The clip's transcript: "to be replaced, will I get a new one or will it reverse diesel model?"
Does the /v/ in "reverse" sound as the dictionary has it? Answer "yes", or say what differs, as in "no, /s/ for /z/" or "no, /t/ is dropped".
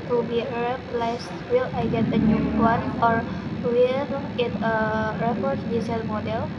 no, /f/ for /v/